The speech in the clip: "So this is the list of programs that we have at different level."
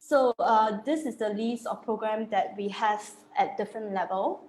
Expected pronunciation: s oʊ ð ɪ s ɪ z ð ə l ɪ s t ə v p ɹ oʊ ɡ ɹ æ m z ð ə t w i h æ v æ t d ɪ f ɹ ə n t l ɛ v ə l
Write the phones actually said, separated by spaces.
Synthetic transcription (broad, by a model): s oʊ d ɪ s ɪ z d ə l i s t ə f p ɹ oʊ ɡ ɹ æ m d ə t w i h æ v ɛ t d ɪ f ɹ ə n t l ɛ v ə l